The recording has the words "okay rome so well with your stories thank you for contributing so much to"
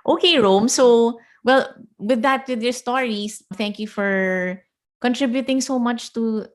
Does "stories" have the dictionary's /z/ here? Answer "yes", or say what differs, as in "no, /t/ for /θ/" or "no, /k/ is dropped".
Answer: no, /s/ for /z/